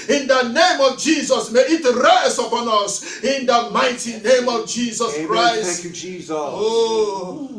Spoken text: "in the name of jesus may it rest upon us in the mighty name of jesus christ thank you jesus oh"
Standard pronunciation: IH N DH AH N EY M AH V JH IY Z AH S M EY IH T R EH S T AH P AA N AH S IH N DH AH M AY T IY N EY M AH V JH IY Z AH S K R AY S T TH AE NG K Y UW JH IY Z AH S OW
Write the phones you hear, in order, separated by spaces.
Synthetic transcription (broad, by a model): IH N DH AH N EY M AH V JH IY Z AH S M EY IH T R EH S AH P AA N AH S IH N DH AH M AY T IY N EY M AH V JH IY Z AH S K R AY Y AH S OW